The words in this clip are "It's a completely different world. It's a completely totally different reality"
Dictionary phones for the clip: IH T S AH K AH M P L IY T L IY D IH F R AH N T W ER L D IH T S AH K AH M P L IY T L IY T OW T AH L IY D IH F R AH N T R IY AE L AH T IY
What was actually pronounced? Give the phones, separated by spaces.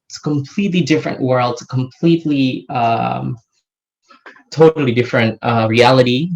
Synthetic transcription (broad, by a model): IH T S AH K AH M P L IY T L IY D IH F R AH N T W ER L D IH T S AH K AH M P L IY T L IY T OW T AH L IY D IH F R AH N T R IY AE L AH T IY